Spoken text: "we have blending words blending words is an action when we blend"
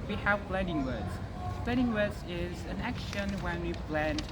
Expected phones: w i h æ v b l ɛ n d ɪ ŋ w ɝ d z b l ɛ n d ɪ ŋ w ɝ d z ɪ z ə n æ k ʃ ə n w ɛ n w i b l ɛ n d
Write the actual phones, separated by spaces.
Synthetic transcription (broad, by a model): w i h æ v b l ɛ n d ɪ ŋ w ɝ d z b l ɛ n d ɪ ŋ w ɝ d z ɪ z ə n æ k ʃ ə n w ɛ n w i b l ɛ n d